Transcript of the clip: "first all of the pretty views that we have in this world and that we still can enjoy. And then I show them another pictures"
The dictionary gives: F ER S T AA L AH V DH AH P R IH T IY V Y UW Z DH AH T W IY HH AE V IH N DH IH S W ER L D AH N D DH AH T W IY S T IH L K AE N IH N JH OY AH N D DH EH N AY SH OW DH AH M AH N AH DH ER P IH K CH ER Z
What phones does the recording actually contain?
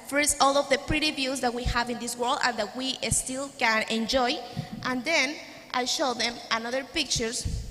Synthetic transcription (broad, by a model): F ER S T AA L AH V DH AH P R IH T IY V Y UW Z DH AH T W IY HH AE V IH N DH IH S W ER L D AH N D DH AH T W IY S T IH L K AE N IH N JH OY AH N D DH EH N AY SH OW DH AH M AH N AH DH ER P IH K CH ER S